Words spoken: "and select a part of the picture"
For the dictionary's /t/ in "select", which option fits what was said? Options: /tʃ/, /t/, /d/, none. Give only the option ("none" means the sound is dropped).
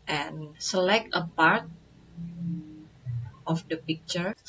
/t/